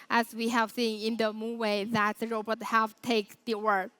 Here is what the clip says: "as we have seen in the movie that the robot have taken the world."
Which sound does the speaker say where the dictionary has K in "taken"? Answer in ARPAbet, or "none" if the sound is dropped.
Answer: none